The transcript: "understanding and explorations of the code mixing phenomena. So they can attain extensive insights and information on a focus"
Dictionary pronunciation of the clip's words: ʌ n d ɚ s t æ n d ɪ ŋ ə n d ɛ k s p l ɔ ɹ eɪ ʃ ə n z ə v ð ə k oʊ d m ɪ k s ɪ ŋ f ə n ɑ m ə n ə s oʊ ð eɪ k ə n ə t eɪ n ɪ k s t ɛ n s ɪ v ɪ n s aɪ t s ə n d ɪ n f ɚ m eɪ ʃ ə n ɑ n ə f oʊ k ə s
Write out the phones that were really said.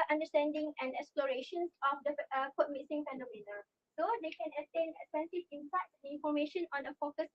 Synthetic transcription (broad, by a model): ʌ n d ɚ s t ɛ n d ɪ ŋ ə n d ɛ k s p l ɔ ɹ eɪ ʃ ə n s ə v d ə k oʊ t m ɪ s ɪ ŋ f ə n ɑ m ə n ə s oʊ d eɪ k ə n ə t eɪ n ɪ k s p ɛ n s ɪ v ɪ n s aɪ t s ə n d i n f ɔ m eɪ ʃ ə n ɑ n ə f oʊ k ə s